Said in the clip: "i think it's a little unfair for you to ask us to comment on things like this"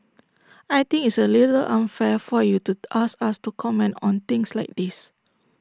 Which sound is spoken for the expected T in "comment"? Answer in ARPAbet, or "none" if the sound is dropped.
T